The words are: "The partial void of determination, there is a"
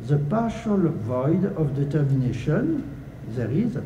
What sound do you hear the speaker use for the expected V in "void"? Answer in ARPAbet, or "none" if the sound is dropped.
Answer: V